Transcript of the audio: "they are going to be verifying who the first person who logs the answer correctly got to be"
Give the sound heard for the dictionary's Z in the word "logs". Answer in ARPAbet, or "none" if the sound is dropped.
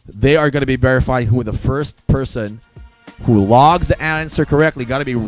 Z